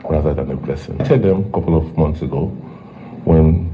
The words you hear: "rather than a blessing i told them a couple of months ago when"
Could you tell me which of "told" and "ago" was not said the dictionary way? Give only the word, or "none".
told